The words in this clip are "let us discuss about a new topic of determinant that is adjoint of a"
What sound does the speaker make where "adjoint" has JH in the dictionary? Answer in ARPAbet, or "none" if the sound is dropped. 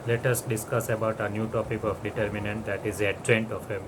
CH